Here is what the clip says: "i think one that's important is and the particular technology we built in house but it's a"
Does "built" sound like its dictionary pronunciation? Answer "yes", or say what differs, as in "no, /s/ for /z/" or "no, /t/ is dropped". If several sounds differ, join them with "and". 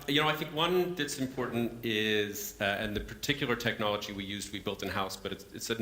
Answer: yes